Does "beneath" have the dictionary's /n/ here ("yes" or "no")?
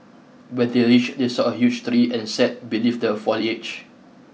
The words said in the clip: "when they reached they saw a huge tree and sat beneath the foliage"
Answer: no